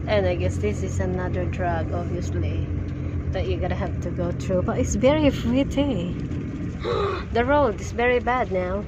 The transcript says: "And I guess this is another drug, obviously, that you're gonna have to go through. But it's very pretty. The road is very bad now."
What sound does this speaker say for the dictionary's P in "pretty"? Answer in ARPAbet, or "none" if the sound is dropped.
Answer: F